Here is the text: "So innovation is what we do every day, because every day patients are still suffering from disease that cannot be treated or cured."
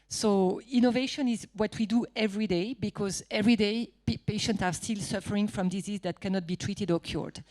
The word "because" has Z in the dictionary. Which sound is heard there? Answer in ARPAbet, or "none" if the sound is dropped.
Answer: Z